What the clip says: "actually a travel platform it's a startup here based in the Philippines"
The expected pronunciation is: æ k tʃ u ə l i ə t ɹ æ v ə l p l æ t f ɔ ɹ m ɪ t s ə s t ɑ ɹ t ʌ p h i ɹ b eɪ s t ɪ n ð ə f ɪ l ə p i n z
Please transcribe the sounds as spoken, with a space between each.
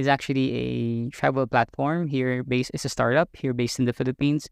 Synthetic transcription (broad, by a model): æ k tʃ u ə l i ə t ɹ æ v ə l p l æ t f ɔ ɹ m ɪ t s ə s t ɑ ɹ t ʌ p h i ɹ b eɪ s t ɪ n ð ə f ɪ l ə p i n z